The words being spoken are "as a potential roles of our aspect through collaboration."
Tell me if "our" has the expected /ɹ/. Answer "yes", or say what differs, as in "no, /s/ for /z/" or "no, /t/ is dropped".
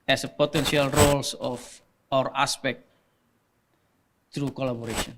yes